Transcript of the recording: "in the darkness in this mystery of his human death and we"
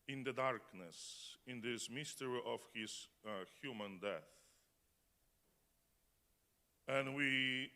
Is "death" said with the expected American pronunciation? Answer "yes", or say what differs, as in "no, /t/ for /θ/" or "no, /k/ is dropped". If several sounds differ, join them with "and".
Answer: yes